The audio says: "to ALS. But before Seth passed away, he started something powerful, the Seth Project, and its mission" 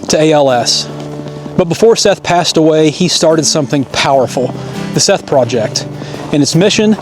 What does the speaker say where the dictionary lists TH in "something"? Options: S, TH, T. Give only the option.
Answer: TH